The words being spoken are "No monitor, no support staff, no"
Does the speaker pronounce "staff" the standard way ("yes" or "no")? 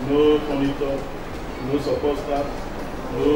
no